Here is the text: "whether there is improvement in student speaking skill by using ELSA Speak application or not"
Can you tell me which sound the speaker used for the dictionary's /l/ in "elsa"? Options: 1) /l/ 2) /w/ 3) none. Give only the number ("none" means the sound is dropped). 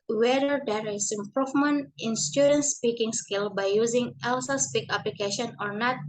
1